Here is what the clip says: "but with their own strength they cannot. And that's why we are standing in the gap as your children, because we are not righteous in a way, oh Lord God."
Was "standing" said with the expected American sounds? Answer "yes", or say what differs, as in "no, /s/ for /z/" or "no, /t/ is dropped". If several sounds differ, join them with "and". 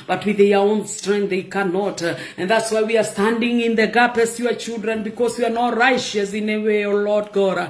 yes